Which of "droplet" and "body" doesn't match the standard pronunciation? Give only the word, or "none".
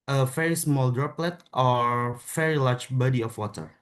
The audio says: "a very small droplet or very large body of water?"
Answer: none